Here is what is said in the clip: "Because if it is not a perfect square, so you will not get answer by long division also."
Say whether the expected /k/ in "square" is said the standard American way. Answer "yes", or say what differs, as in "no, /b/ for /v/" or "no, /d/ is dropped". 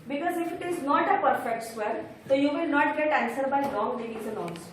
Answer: no, /k/ is dropped